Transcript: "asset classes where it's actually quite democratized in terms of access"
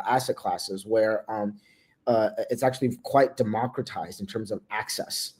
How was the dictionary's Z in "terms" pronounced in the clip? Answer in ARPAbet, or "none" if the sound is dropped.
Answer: Z